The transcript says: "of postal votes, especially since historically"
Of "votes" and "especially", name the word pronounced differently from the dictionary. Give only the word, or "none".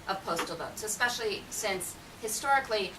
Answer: none